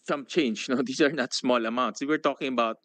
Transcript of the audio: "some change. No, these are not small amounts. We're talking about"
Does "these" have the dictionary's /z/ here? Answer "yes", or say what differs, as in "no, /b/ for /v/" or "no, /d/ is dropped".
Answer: no, /s/ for /z/